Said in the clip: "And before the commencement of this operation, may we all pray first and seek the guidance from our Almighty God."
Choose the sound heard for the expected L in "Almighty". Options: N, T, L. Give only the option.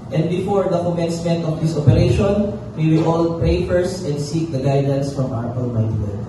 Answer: N